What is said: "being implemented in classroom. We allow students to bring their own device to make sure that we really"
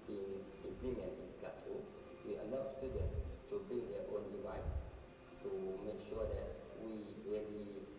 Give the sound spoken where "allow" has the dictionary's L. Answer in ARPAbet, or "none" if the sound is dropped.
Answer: N